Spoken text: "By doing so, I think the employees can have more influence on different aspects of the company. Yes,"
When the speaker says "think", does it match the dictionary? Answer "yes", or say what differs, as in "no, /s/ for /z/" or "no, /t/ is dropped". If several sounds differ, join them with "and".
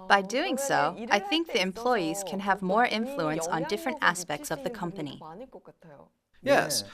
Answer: yes